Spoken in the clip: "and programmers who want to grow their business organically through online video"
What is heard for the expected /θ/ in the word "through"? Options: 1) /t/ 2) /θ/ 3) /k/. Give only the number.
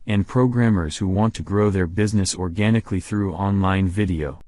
2